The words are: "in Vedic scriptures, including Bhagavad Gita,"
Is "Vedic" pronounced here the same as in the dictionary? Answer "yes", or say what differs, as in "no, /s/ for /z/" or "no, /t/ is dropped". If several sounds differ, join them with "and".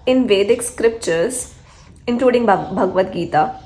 yes